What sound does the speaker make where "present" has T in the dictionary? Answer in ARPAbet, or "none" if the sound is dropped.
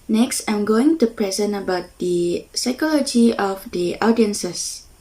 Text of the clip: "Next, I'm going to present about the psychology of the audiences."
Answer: none